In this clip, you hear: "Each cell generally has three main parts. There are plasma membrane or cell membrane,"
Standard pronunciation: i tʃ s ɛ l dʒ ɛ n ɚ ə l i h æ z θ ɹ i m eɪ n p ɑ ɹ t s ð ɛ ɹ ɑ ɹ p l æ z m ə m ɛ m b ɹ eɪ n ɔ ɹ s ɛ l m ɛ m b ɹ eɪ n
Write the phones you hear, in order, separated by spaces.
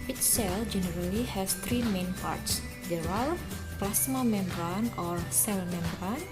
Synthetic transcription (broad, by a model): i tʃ s ɛ l dʒ ɛ n ɚ ə l i h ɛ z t ɹ i m eɪ n p ɑ ɹ t s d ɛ ɹ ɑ l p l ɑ s m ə m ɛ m b ɹ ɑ n ɔ ɹ s ɛ l m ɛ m b ɹ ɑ n